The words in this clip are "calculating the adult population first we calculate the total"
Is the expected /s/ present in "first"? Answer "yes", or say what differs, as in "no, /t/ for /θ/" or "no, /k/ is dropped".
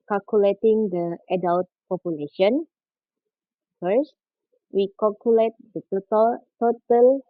yes